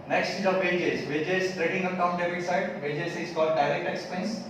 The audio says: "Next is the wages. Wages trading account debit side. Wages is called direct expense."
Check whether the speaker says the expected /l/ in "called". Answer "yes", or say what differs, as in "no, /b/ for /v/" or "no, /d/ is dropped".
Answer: yes